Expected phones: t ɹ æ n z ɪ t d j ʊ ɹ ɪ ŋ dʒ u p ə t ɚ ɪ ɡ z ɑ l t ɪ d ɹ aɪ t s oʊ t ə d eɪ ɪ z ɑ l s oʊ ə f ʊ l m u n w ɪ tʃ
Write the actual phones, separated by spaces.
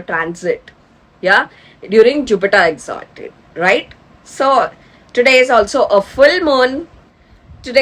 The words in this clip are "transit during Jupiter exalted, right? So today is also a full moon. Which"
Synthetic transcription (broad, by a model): t ɹ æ n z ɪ t d j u ɹ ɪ ŋ dʒ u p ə t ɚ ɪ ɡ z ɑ t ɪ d ɹ aɪ t s oʊ t ə d eɪ ɪ z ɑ l s oʊ ə f ʊ l m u n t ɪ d